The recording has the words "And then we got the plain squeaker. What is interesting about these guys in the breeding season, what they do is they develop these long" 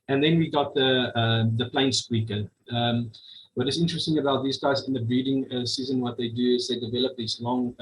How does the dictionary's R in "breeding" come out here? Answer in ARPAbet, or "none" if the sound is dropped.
none